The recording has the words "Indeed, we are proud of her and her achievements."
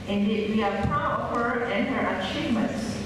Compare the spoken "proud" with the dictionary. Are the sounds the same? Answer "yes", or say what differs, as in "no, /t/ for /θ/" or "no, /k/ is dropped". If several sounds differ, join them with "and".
no, /d/ is dropped